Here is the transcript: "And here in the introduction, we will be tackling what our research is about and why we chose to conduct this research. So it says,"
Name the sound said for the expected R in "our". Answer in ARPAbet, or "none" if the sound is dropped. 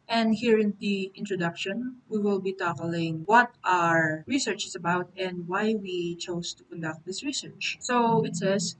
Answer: R